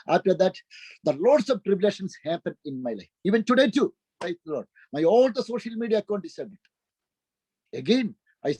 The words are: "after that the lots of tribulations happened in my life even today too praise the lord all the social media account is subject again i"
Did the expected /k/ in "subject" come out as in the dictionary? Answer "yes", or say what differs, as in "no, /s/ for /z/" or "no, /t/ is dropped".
no, /k/ is dropped